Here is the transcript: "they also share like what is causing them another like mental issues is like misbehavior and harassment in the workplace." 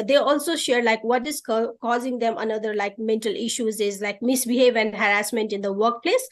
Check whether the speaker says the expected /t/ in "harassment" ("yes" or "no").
yes